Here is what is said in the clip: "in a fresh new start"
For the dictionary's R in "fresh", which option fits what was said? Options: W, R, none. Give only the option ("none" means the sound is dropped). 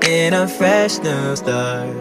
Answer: R